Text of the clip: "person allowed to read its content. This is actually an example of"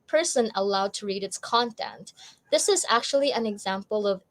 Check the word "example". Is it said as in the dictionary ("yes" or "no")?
yes